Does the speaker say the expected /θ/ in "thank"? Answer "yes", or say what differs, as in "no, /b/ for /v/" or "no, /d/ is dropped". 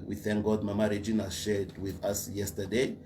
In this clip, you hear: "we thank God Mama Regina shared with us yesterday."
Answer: yes